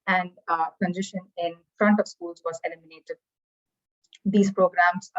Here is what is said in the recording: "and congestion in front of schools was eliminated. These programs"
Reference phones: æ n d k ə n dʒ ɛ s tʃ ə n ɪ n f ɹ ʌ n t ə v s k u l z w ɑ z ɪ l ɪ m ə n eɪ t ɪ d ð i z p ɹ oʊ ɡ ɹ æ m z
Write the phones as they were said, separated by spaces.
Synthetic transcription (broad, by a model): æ n d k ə n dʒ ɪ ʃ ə n ɪ n f ɹ ʌ n t ə v s k u l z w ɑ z ɪ l ɪ m ə n eɪ t ɪ d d i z p ɹ oʊ ɡ ɹ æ m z